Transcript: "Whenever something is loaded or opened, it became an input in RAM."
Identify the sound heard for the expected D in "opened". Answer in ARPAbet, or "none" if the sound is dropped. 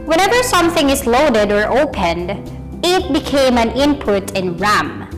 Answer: D